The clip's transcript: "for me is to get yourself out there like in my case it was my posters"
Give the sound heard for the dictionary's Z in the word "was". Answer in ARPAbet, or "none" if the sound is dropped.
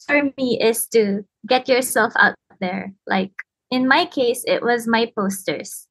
Z